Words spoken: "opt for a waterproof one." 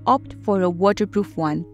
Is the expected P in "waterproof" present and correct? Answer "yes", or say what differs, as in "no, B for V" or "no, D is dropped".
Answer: yes